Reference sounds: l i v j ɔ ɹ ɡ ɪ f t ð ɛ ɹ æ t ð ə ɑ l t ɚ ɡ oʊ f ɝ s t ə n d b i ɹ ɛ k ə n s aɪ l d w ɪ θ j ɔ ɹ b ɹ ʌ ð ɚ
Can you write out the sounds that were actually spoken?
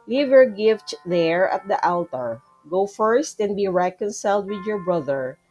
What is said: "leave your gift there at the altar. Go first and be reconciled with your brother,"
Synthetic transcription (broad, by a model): l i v j ɔ ɹ ɡ ɪ f t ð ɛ ɹ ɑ t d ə ɑ l t ɚ ɡ oʊ f ɝ s t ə n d b i ɹ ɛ k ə n s aɪ l d w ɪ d j ɔ ɹ b ɹ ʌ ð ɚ